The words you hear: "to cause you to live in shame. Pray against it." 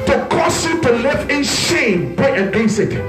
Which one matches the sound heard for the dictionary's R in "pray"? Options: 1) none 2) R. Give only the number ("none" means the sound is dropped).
1